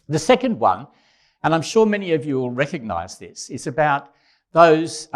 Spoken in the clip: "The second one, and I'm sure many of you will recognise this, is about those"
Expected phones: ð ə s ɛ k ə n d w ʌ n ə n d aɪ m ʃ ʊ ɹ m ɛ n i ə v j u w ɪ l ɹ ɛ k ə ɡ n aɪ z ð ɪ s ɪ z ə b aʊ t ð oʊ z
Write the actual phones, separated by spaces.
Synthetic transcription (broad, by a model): ð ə s ɛ k ə n d w ʌ n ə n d aɪ m ʃ ʊ ɹ m ɛ n i ə v j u w ɪ l ɹ ɛ k ə ɡ n aɪ z ð ɪ s ɪ z ə b aʊ t ð oʊ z